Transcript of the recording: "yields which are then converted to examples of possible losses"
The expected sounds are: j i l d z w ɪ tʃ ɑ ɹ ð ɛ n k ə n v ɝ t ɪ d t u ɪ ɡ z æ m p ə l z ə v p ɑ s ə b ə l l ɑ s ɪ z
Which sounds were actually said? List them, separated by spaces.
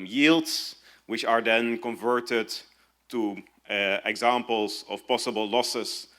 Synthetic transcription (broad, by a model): j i l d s w ɪ tʃ ɑ ɹ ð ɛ n k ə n v ɝ t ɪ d t u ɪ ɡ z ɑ m p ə l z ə f p ɑ s ə b ə l l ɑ s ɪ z